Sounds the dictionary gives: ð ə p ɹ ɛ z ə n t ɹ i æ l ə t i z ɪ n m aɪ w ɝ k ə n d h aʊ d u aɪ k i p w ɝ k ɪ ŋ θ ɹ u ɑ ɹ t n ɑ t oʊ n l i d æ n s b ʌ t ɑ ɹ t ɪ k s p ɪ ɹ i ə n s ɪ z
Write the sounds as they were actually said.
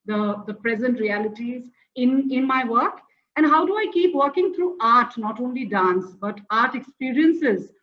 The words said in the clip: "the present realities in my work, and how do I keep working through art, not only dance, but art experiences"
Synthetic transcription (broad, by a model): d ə p ɹ ɛ z ə n t ɹ i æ l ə t i z ɪ n m aɪ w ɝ k ə n d h aʊ d u aɪ k i p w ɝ k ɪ ŋ t ɹ u ɑ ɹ t n ɑ t oʊ n l i d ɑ n s b ʌ t ɑ ɹ t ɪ k s p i ɹ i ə n s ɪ z